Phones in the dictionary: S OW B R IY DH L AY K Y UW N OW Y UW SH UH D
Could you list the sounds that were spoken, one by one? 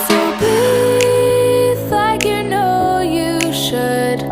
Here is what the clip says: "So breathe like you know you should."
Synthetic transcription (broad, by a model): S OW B IY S L AY K Y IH N OW Y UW SH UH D